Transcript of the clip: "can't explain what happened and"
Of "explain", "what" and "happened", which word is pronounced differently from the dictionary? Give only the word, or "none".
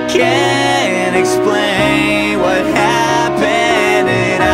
happened